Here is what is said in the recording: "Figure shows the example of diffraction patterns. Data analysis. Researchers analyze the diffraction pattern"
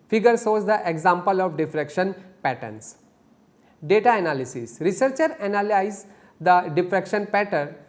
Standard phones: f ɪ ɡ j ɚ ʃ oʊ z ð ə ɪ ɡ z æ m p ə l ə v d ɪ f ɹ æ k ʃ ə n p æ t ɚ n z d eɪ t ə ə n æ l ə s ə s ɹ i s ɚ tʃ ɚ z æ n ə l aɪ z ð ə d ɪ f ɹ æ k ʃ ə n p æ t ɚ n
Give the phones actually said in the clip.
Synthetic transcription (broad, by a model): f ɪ ɡ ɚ s oʊ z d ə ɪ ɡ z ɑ m p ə l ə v d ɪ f ɹ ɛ k ʃ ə n p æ t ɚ n s d eɪ t ə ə n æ l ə s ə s ɹ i s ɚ tʃ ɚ æ n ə l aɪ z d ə d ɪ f ɹ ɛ k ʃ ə n p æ t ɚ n